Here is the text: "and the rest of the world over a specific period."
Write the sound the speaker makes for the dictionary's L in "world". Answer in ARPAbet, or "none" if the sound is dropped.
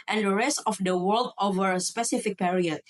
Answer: L